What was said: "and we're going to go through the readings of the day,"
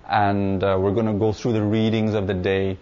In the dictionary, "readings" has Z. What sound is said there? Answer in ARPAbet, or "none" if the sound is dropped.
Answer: Z